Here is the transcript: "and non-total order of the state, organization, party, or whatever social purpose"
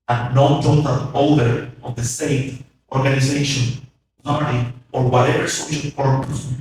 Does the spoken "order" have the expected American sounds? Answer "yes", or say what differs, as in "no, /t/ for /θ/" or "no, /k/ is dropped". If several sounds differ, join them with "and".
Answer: no, /l/ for /ɹ/